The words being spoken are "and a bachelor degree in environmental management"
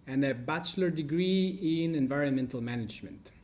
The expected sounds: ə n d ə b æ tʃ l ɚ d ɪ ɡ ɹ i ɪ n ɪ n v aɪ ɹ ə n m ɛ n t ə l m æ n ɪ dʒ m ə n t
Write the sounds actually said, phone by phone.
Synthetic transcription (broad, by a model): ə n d ə b æ tʃ l ɚ d ɪ ɡ ɹ i ɪ n ɪ n v aɪ ɹ ə n m ɛ n t ə l m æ n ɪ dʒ m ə n t